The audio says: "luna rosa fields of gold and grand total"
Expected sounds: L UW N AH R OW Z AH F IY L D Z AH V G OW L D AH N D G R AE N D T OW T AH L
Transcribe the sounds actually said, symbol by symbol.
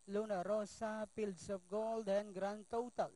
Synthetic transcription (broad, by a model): L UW N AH R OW S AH P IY L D S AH F G OW L D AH N G R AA N T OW T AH L